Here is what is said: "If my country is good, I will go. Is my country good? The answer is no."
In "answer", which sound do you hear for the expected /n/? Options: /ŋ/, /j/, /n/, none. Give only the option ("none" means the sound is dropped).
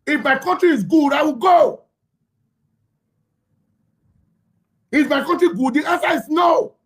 none